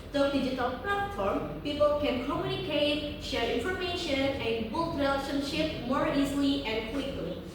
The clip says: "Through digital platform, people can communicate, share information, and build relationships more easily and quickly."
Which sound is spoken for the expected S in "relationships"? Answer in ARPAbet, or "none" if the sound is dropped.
none